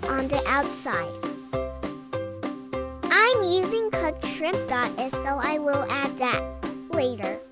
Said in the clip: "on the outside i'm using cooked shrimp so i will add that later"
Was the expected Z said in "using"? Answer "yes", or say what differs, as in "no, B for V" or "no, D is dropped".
yes